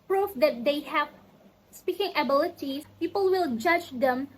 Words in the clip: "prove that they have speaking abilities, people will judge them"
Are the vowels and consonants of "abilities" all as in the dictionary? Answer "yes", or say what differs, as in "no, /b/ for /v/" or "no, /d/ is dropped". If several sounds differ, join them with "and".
no, /z/ is dropped